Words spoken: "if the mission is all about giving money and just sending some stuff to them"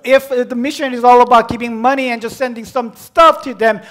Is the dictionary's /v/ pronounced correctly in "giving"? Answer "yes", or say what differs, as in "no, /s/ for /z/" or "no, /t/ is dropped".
no, /p/ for /v/